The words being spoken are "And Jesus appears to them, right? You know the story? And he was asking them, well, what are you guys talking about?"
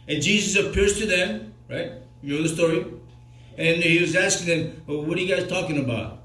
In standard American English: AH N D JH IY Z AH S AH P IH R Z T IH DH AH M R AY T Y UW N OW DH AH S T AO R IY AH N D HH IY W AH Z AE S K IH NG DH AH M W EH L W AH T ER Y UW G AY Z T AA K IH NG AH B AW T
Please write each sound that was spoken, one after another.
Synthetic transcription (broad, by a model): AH N JH IY Z AH S AH P IH R Z T IH DH AH M R AY T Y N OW DH AH S T AO R IY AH N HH IY W AH Z AE S K IH NG DH AH M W W AH T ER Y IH G AY Z T AA K IH NG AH B AW T